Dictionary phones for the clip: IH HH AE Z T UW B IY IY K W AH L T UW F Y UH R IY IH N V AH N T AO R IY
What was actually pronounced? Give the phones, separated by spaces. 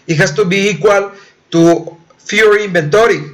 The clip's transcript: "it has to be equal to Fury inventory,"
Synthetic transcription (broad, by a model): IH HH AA S T UW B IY IY K W AH L T UW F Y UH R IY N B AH N T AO R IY